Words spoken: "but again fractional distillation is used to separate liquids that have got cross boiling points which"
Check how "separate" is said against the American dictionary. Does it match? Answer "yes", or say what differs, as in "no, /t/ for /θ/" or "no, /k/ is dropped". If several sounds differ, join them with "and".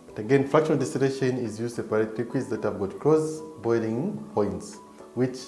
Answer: no, /p/ is dropped